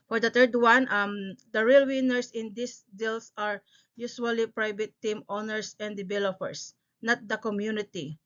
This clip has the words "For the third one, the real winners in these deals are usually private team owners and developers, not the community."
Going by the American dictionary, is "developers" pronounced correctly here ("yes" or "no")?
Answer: no